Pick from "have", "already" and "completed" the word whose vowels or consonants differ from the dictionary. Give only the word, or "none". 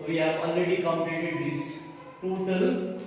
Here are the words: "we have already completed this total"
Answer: completed